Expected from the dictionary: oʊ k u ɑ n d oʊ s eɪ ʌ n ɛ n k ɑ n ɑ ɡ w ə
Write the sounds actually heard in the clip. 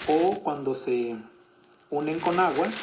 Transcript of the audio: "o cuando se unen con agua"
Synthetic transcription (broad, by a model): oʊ k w ɑ n d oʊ s eɪ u n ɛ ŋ k ɑ n ɑ ɡ w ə